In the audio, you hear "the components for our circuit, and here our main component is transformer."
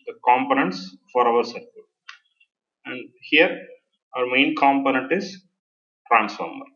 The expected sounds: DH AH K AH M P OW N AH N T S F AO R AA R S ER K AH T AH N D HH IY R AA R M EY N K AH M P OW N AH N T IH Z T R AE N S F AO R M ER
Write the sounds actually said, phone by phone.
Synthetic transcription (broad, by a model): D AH K AH M P OW N AH N T S F AO R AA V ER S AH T AH N D HH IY R AA R M EY N K AH M P OW N AH N T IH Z T R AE N S F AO R M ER